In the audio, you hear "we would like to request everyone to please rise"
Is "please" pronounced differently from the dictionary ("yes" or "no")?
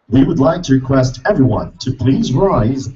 no